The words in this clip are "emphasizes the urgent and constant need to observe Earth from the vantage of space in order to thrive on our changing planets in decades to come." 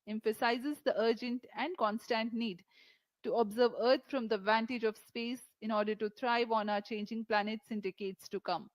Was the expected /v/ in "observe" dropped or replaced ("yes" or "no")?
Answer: no